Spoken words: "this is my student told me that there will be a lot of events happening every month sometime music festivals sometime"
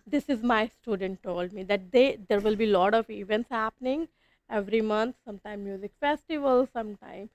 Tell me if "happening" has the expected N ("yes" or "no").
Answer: yes